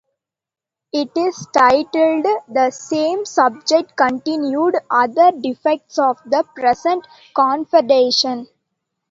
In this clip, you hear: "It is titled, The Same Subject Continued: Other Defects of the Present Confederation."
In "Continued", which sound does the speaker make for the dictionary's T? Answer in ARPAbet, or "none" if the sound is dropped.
T